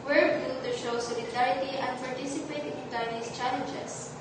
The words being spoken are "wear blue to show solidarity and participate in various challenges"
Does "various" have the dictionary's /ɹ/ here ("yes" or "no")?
no